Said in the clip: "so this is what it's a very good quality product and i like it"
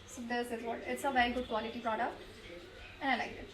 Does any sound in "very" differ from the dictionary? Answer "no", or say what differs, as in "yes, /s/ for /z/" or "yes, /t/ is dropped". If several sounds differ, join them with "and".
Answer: no